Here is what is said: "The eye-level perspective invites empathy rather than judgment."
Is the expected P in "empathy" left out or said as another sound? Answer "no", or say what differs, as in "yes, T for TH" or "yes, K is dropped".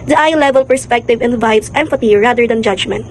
yes, F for P